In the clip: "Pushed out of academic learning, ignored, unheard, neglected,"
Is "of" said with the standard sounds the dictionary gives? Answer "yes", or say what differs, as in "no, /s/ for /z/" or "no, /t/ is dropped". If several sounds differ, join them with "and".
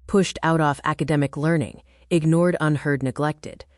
no, /f/ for /v/